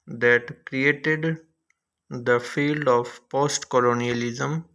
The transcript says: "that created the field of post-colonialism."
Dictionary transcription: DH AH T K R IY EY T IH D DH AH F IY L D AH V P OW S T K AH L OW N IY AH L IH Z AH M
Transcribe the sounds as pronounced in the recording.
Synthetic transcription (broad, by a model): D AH T K R IY EY T IH D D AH F IY L D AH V P OW S T K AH L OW N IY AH L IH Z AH M